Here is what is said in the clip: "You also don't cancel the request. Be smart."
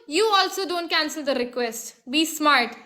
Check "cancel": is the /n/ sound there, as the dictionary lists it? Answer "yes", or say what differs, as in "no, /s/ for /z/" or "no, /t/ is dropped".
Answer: yes